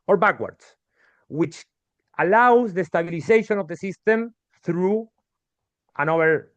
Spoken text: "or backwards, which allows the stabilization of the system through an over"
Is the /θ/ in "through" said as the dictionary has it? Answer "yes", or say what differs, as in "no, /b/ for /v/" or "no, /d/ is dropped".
yes